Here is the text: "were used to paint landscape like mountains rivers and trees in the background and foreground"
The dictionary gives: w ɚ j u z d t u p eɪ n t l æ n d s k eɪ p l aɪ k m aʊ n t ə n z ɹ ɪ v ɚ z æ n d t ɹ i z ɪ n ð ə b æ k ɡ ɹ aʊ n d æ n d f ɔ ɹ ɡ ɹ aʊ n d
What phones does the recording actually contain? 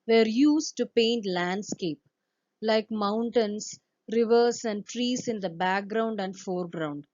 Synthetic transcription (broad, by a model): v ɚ j u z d t u p eɪ n t l æ n d s k eɪ p l aɪ k m aʊ n t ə n s ɹ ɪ v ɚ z æ n d t ɹ i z ɪ n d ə b æ k ɡ ɹ aʊ n d æ n d f ɔ ɹ ɡ ɹ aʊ n d